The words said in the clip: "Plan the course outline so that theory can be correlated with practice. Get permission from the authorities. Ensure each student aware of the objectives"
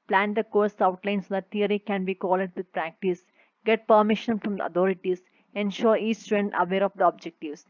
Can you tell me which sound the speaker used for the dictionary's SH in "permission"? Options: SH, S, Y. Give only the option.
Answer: SH